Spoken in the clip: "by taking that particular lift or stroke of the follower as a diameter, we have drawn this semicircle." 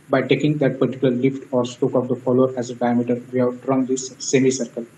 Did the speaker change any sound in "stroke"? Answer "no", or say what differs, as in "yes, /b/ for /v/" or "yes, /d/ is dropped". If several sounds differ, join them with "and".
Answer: yes, /ɹ/ is dropped